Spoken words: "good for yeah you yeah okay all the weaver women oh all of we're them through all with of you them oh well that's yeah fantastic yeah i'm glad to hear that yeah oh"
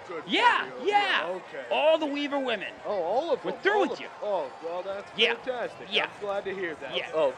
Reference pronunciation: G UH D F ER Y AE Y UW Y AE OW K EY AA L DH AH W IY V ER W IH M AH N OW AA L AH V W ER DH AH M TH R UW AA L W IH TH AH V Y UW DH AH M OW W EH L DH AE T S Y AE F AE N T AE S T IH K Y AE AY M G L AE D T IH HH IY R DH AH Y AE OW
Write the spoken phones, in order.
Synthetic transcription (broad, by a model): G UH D Y AE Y Y AE OW K EY AA L DH AH W IY V ER W IH M AH N OW AA L AH V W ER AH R TH R UW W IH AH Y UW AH OW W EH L DH AE T S Y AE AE N T AE S T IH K Y AE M G L AE D T IH HH IY R DH AH Y AE OW